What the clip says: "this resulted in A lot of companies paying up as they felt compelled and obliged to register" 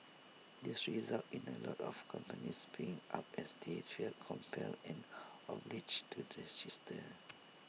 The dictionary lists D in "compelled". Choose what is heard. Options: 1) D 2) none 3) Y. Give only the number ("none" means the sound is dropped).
2